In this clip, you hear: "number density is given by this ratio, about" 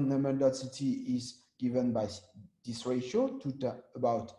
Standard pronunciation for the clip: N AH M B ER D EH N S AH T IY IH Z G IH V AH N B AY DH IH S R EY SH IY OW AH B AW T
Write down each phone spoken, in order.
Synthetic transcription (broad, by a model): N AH M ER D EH S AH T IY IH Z G IH V AH N B AY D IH S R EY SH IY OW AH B AW T